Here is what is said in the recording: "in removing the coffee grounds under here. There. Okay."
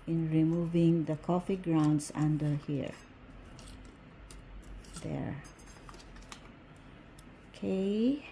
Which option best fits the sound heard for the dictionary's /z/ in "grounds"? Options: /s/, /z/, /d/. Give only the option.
/s/